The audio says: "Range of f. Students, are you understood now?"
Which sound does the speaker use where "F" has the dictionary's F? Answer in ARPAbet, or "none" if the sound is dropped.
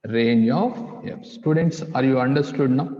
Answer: P